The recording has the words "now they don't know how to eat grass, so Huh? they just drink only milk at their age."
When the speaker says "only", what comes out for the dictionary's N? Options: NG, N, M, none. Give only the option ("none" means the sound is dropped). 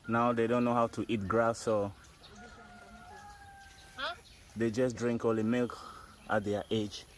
none